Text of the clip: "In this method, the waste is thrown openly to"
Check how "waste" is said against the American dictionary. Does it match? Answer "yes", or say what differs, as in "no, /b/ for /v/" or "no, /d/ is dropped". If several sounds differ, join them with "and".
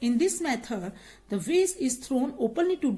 no, /t/ is dropped